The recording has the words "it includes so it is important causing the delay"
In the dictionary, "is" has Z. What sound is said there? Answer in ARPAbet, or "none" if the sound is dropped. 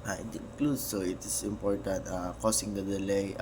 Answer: S